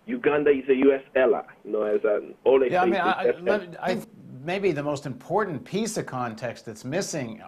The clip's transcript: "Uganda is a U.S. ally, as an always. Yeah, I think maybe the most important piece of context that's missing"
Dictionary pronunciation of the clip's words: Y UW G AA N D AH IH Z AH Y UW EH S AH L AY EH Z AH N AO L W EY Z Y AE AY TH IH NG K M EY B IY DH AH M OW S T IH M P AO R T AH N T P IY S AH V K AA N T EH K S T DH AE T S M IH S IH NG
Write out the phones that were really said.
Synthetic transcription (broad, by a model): Y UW G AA N D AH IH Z AH Y UW EH S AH L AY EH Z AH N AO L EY Y AE AY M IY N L M EY B IY DH AH M OW S T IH M P AO R T N P IY S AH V K AA N T EH K S T DH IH T S M IH S IH NG